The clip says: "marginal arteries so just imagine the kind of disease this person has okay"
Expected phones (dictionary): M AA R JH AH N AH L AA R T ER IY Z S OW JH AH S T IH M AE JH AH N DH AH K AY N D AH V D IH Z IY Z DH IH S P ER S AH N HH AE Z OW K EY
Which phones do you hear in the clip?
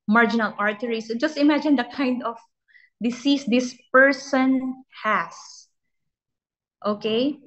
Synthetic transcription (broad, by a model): M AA R JH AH N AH L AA R T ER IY S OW JH AH S T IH M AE JH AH N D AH K AY N D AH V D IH S IY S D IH S P ER S AH N HH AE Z OW K EY